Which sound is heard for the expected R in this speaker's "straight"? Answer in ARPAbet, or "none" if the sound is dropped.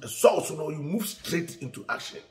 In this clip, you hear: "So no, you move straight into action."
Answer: R